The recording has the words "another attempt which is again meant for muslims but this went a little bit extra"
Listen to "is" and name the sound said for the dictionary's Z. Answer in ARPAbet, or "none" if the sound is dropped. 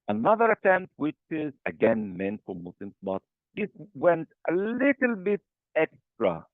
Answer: Z